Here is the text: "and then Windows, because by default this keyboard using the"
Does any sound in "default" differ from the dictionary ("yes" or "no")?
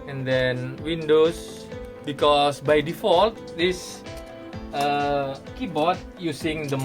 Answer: no